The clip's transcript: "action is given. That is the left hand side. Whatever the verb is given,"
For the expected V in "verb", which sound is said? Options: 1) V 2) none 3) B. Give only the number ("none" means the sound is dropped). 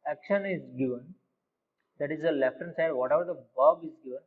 3